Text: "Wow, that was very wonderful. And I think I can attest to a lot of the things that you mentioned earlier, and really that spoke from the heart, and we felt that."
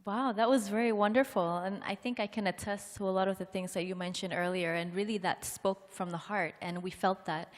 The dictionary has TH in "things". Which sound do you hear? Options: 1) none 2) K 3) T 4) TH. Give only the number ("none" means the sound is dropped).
4